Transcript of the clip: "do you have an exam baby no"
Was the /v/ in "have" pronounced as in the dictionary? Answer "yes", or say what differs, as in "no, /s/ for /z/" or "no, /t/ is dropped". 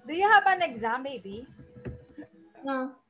no, /p/ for /v/